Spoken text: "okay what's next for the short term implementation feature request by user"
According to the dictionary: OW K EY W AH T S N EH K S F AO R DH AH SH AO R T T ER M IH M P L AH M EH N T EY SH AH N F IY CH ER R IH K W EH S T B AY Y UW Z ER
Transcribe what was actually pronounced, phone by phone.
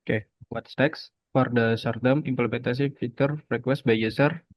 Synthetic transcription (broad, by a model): K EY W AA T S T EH K S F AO R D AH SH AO R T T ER M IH M P L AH M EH N T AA S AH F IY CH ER R IH K W EH S T B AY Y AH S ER